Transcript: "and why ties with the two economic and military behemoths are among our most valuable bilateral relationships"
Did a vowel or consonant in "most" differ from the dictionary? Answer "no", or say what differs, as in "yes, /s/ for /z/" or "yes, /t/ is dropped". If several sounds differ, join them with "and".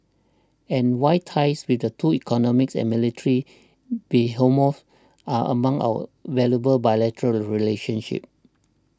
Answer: yes, /s/ is dropped